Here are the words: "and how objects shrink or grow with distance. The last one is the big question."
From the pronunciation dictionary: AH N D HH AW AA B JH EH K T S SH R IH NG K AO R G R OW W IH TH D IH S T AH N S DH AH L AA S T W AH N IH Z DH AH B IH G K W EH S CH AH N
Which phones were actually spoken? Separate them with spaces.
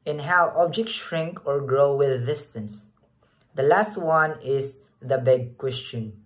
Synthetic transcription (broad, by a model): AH N HH AW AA B JH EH K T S SH R IH NG K AO R G R OW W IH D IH S T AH N S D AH L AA S T W AH N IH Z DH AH B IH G K W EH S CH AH N